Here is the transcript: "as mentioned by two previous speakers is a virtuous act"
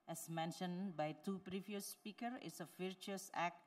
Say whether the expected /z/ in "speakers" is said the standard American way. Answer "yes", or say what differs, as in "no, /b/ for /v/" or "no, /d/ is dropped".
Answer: no, /z/ is dropped